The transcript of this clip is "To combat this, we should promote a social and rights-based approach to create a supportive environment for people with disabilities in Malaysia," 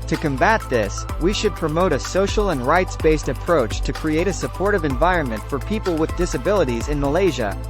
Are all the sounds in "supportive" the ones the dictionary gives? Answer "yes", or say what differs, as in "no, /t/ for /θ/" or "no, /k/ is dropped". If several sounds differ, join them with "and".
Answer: yes